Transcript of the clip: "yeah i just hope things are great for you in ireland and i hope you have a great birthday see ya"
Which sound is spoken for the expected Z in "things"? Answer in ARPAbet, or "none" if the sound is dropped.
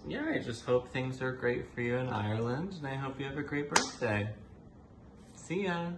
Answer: Z